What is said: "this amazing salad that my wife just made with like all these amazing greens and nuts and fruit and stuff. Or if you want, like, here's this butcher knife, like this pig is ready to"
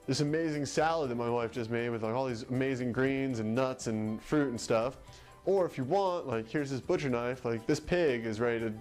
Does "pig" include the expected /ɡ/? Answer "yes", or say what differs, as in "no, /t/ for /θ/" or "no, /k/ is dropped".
yes